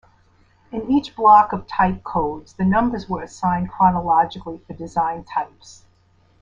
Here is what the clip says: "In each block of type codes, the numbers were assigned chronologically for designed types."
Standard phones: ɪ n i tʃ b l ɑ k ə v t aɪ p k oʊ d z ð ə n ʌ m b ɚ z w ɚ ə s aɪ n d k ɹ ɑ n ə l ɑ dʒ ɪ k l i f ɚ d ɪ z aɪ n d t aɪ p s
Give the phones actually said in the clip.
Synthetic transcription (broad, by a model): ɪ n i tʃ b l ɑ k ə v t aɪ p k oʊ d z ð ə n ʌ m b ɚ z w ɚ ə s aɪ n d k ɹ ɑ n ə l ɑ dʒ ɪ k l i f ɚ d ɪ z aɪ n t aɪ p s